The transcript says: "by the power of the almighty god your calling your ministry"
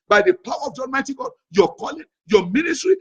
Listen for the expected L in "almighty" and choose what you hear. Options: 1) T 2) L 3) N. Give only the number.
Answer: 3